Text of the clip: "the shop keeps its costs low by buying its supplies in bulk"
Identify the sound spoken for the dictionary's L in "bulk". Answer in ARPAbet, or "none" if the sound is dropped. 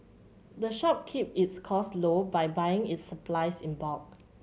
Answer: none